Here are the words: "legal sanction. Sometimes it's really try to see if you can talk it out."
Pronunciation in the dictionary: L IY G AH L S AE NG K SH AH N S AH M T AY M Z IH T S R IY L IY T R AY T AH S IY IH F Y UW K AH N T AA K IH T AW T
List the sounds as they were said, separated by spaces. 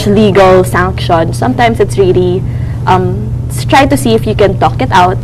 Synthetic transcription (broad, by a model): L IY G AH L S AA NG K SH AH N S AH M T AY M S IH T S R IY L IY T R AY T AH S IY IH F Y UW K AH N T AA K IH T AW T